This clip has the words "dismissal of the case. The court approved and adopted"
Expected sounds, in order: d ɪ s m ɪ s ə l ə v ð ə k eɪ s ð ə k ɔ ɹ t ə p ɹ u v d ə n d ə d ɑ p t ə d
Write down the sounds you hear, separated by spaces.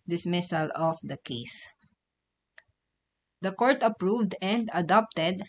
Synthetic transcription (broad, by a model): d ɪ s m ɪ s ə l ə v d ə k eɪ s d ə k ɔ ɹ t ə p ɹ u v d ə n d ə d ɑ p t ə d